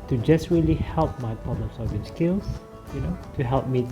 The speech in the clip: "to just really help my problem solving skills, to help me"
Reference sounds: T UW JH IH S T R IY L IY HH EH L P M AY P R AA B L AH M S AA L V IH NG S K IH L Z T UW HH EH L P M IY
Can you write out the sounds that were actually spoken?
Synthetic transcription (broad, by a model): T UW JH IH S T R IY L IY HH EH L P M AY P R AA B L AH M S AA V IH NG S K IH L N T UW HH EH L P M IY